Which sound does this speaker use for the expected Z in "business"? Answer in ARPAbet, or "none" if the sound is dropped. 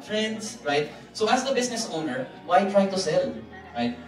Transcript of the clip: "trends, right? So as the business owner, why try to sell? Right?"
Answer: S